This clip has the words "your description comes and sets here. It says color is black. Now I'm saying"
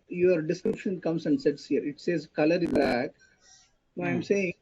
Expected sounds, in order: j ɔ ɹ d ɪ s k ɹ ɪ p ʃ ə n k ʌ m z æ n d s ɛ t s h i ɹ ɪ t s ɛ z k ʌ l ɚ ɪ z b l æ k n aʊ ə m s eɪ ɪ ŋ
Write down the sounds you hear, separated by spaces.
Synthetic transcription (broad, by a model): j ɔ ɹ d ɪ s k ɹ ɪ p ʃ ə n k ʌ m s æ n d s ɛ t s h i ɹ ɪ t s ɛ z k ʌ l ɚ ɪ z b æ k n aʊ ə m s eɪ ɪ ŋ